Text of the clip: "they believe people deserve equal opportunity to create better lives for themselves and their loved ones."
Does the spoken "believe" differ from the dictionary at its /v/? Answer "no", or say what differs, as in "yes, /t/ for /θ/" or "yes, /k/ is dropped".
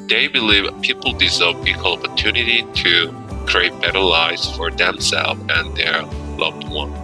no